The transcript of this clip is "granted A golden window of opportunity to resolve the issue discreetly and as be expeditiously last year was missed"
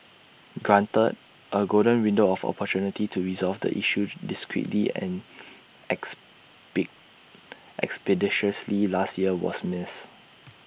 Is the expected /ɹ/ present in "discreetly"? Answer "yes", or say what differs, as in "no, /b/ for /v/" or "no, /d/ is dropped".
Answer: yes